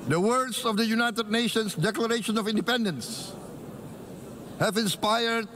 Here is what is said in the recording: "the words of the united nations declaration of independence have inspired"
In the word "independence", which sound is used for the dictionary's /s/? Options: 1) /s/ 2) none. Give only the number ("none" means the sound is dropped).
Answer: 1